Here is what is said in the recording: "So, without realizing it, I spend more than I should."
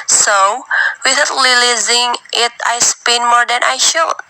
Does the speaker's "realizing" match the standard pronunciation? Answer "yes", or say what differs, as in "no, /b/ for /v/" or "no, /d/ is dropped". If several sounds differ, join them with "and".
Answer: no, /l/ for /ɹ/